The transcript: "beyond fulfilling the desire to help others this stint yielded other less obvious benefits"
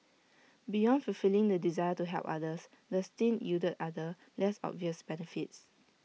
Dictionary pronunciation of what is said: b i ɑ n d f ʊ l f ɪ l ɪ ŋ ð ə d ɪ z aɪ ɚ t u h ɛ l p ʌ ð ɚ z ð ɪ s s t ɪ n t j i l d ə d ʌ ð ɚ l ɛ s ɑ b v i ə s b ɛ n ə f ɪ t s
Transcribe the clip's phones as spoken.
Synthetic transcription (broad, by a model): b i ɑ n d f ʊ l f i l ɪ ŋ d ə d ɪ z aɪ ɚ t u h ɛ l p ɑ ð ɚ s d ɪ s s t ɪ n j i d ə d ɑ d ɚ l ɛ s ɑ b v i ə s b ɛ n ə f ɪ t s